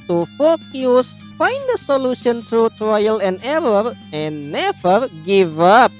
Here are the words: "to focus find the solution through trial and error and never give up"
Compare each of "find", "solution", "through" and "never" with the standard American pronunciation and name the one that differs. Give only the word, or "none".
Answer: through